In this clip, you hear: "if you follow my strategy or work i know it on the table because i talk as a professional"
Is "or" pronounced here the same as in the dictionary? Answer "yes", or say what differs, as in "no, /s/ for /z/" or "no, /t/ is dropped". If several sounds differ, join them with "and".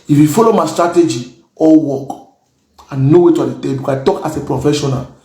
no, /l/ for /ɹ/